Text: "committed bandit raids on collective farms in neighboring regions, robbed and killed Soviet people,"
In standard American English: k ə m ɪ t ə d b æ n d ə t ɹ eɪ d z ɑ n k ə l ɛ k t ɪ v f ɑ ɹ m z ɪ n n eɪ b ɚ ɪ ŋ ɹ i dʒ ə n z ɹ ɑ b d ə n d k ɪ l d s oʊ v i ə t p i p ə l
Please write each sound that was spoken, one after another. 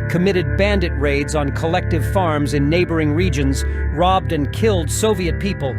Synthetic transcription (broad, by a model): k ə m ɪ t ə d b æ n d ə t ɹ eɪ d z n k ə l ɛ k t ɪ v f ɑ ɹ m z ɪ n n eɪ b ɚ ɪ ŋ ɹ i dʒ ə n z ɹ ɑ b d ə n k ɪ l d s oʊ v i ə t p i p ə l